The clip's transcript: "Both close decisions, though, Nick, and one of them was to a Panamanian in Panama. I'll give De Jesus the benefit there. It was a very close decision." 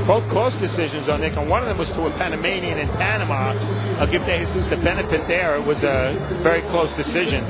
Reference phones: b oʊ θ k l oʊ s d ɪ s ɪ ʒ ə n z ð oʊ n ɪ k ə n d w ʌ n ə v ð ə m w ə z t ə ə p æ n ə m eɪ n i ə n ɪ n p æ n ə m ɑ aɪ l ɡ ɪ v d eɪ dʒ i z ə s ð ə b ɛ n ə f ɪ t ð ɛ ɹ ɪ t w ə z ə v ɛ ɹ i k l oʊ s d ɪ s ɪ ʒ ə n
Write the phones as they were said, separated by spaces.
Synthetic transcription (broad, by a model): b oʊ θ k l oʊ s d ɪ s ɪ ʒ ə n z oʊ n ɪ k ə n w ʌ n ə v ð ə m w ə z t ə ə p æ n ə m eɪ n i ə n ɪ n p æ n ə m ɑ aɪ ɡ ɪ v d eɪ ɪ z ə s ð ə b ɛ n ə f ɪ t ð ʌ ɹ ɪ t w ə z ə v ɛ ɹ i k l oʊ s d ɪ s ɪ ʒ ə n